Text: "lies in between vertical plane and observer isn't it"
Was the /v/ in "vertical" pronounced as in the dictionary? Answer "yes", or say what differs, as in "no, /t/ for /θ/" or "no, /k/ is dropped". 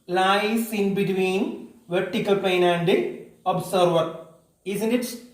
yes